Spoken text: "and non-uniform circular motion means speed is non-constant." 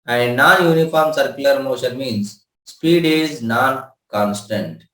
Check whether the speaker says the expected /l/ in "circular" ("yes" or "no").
no